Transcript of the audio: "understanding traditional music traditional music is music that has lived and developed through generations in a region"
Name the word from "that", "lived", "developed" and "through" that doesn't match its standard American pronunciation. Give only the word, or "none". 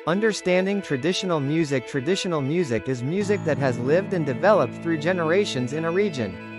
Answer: none